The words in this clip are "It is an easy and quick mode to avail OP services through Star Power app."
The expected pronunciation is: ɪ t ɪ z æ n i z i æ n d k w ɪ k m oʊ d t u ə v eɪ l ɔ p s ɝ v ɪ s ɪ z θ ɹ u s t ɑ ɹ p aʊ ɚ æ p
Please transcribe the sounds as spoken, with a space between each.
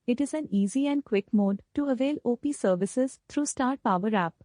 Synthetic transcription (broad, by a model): ɪ t ɪ z æ n i z i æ n d k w ɪ k m oʊ d t u ə v eɪ l ɔ p s ɝ v ɪ s ɪ z t ɹ u s t ɑ ɹ p aʊ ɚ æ p